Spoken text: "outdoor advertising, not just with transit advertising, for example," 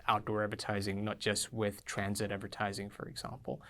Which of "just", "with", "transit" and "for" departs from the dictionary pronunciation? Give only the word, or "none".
none